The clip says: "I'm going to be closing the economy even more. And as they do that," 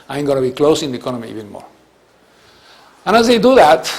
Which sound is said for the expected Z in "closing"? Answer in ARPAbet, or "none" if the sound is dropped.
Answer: S